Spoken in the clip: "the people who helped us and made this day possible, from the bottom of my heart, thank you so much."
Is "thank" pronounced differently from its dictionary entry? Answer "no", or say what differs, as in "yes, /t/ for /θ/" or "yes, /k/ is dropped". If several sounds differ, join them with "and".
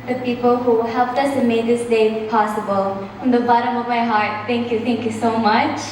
yes, /t/ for /θ/